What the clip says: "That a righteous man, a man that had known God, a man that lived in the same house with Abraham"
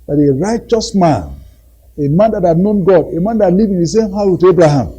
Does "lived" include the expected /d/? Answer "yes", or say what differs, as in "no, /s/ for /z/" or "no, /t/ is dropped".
no, /d/ is dropped